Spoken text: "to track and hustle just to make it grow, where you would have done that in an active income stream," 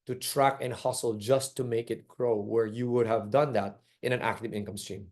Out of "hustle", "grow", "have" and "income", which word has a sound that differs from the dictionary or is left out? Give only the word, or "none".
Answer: none